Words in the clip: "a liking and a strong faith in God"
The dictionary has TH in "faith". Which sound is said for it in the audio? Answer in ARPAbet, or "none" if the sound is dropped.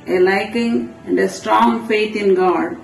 T